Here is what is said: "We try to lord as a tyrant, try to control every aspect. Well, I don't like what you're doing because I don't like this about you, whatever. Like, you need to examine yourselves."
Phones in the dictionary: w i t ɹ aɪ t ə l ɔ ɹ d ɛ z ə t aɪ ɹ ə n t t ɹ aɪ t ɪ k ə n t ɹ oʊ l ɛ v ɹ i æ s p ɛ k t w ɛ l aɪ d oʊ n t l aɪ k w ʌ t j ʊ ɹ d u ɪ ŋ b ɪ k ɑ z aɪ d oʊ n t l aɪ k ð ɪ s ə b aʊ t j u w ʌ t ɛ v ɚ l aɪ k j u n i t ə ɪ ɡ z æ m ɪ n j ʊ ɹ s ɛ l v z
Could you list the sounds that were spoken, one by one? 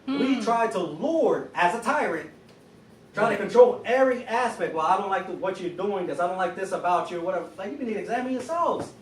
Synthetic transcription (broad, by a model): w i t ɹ aɪ t ə l ɔ ɹ d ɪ z ə t aɪ ɹ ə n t t ɹ aɪ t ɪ k ə n t ɹ oʊ l ɛ v ɹ i æ s p ɛ k t w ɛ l aɪ d oʊ n t l aɪ k w ʌ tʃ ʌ ɹ d u ɪ ŋ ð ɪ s ɑ ɪ d oʊ n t l aɪ k ð ɪ s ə b aʊ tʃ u w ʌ t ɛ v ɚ l aɪ k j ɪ n i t ɪ ɡ z æ m ɪ n j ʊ ɹ s ɛ l v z